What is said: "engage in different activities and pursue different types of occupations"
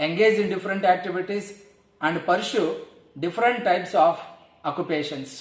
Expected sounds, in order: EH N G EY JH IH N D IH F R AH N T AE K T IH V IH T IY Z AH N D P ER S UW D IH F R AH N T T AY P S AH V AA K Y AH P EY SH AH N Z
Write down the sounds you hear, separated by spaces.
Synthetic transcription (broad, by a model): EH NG G EY JH IH N D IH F R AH N T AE K T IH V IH T IY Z AH N D P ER SH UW D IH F R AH N T T AY P S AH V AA K Y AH P EY SH AH N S